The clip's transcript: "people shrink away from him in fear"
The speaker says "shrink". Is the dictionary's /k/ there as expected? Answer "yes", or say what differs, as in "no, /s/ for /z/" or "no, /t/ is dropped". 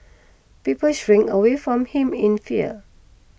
no, /k/ is dropped